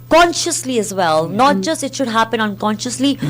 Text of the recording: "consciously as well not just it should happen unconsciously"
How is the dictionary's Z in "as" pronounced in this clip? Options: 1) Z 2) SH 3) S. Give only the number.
1